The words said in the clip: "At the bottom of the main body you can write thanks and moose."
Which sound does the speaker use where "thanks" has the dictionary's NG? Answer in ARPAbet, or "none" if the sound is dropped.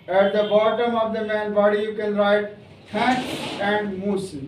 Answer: none